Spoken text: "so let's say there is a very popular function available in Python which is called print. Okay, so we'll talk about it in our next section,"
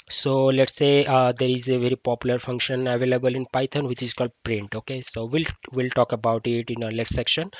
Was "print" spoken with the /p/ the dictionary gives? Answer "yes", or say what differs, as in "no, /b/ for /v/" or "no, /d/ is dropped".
yes